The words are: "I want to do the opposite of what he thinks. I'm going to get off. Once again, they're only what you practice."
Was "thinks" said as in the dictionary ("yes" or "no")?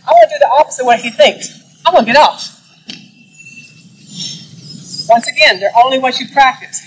yes